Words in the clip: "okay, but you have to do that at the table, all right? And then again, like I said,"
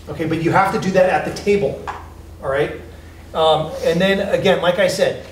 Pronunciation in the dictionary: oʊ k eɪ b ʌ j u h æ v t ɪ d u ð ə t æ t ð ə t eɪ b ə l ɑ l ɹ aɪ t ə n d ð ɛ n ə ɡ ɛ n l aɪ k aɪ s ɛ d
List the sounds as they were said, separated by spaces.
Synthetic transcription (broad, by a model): oʊ k eɪ b ʌ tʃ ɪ h æ f t ɪ d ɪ ð ə t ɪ t ð ə t eɪ ə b l ɹ aɪ t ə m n ð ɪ n ə ɡ ɛ n l aɪ k aɪ s ɛ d